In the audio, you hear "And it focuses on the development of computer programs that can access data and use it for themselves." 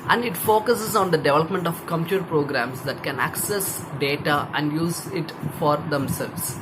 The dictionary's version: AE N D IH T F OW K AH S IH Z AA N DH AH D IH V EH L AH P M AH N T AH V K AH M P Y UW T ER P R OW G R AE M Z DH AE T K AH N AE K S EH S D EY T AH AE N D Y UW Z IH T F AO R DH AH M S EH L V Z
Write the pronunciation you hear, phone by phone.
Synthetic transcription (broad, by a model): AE N D IH T F OW K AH S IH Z AA N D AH D IH V EH L AH P M AH N T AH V K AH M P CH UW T P R OW G R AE M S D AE T K AH N AE K S EH S D EY T AH AE N D Y UW Z IH T F AO R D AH M S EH L V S